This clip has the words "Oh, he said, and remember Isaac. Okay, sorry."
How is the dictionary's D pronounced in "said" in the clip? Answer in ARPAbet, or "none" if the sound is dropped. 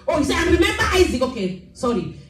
none